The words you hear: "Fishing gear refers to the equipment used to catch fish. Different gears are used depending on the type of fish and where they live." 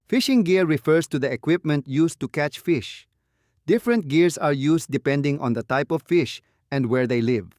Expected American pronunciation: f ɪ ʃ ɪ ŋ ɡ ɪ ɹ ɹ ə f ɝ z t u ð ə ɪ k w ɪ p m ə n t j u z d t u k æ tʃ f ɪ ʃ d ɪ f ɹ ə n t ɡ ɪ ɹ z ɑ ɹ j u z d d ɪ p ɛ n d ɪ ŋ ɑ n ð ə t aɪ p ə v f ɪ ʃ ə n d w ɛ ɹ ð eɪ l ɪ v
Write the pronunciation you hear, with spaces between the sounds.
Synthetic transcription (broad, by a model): f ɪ ʃ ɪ ŋ ɡ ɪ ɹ ɹ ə f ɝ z t u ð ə ɪ k w ɪ p m ə n t j u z t u k æ tʃ f ɪ ʃ d ɪ f ɹ ə n t ɡ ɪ ɹ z ɑ ɹ j u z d d ɪ p ɛ n d ɪ ŋ ɑ n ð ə t aɪ p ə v f ɪ ʃ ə n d w ɛ ɹ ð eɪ l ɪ v